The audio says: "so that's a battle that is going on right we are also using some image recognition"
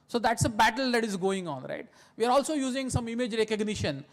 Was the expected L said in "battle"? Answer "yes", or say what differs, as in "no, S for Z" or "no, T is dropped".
yes